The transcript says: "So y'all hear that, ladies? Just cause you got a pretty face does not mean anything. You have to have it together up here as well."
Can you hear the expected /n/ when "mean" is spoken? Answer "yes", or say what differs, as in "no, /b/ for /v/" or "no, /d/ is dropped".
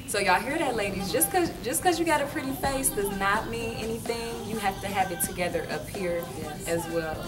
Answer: no, /n/ is dropped